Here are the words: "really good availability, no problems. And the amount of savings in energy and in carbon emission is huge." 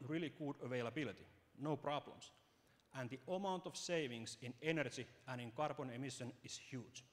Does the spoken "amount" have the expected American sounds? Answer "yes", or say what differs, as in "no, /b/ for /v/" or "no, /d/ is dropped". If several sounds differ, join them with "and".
yes